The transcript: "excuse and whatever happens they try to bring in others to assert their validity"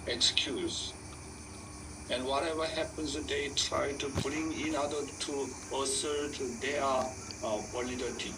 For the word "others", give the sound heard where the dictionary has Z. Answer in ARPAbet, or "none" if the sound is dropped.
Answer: none